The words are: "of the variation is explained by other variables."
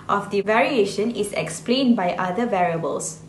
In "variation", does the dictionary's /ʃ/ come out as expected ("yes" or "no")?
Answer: yes